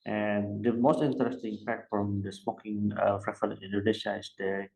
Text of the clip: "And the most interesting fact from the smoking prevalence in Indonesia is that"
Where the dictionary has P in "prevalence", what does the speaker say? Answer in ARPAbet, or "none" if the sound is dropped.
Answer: F